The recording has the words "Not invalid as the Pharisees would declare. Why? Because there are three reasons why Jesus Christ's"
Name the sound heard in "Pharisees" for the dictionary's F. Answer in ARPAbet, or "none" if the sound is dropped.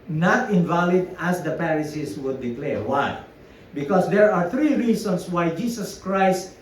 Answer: P